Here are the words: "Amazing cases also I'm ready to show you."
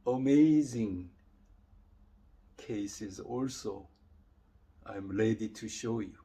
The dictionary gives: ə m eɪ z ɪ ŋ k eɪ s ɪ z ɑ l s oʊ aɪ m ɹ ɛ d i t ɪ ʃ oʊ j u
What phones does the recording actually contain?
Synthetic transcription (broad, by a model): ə m eɪ z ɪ ŋ k eɪ s ɪ z ɑ l s oʊ aɪ m l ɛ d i t ɪ ʃ oʊ j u